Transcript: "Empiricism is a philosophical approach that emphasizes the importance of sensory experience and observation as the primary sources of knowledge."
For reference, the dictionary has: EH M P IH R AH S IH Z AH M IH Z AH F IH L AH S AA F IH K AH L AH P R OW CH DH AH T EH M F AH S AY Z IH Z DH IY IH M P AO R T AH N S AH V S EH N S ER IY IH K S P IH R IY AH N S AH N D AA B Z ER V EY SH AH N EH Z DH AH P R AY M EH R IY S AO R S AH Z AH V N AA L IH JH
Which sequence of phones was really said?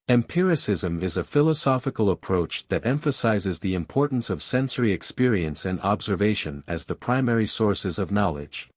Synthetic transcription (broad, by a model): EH M P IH R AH S IH Z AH M IH Z AH F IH L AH S AA F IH K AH L AH P R OW CH DH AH T EH M F AH S AY Z IH Z DH IY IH M P AO R T N S AH V S EH N S ER IY IH K S P IH R IY AH N S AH N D AA B Z ER V EY SH AH N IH Z DH AH P R AY M EH R IY S AO R S AH Z AH V N AA L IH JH